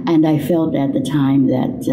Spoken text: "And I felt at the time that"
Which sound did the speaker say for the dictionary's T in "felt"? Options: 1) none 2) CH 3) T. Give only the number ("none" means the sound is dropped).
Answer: 3